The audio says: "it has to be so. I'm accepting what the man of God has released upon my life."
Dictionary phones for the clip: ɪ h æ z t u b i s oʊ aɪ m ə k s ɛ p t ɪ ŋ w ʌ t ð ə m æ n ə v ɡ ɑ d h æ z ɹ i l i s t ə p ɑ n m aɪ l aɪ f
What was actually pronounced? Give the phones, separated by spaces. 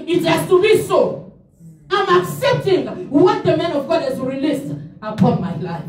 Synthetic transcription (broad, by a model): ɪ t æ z t u b i s oʊ aɪ m ə k s ɛ p t ɪ ŋ w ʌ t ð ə m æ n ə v ɡ ɑ d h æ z ɹ i l i s t ə p ɑ n m aɪ l aɪ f